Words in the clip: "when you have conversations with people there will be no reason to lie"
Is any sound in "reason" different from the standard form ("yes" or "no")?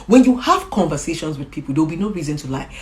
no